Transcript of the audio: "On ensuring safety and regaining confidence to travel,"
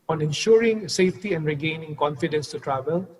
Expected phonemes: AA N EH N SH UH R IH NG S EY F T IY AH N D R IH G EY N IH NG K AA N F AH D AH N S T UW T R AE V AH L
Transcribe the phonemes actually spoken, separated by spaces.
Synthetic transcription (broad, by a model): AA N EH N SH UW R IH NG S EY F T IY AH N D R IH G EY N IH NG K AA N F AH D AH N S T UW T R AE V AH L